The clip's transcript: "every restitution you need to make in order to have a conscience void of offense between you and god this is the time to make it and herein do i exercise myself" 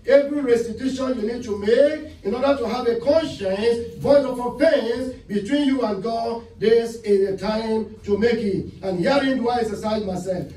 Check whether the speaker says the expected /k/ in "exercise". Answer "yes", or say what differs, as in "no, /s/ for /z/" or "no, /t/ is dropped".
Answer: no, /k/ is dropped